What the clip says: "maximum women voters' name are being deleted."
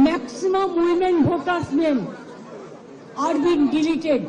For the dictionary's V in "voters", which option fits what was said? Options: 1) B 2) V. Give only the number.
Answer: 1